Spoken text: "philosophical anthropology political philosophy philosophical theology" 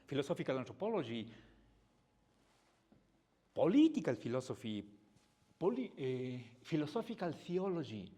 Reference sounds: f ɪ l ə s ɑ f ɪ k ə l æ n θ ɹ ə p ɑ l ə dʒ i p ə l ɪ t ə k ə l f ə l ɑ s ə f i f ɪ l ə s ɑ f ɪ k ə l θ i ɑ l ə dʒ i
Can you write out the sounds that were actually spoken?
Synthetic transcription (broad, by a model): f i l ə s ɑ f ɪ k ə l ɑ n t ɹ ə p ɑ l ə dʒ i p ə l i t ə k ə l f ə l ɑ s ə f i f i l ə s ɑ f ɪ k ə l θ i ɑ l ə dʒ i